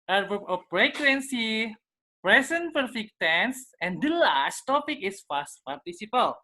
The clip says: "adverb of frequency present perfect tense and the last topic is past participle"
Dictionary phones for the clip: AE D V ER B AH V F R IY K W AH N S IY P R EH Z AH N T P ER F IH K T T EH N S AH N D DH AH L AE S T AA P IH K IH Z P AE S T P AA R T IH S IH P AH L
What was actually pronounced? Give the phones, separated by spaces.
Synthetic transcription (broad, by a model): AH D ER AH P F R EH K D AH N S IY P R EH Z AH N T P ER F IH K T T EH N S AH N D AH L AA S T AA P IH K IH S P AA S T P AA R T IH S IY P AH L